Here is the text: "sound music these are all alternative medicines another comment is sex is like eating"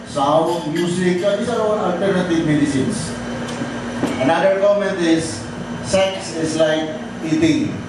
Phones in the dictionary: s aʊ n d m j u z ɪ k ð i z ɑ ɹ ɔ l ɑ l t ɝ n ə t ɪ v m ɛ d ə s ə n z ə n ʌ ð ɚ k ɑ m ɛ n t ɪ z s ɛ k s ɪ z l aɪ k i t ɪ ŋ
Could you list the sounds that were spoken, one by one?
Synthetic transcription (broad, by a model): s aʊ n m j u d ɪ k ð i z ɑ ɹ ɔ n ɑ l t ɝ n ə t ɪ v m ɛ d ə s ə n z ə n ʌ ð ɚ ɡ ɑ m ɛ n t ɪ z s ɛ k s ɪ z l aɪ k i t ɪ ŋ